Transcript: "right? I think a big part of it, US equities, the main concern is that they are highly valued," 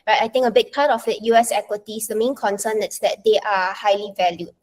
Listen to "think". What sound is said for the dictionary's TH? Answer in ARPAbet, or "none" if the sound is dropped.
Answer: T